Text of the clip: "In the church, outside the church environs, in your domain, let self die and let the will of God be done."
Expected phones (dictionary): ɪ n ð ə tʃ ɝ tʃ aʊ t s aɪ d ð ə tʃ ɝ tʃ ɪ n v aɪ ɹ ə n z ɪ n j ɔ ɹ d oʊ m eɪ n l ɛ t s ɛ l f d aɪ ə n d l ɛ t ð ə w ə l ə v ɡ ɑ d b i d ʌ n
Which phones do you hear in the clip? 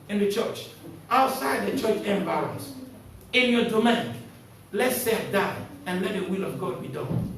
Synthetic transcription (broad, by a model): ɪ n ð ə tʃ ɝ tʃ aʊ t s aɪ d ð ə tʃ ɝ tʃ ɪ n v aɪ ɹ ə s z ɪ n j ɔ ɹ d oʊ m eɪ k l ɛ t s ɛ f d aɪ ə n l ɛ t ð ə w ə l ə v ɡ ɑ d b i d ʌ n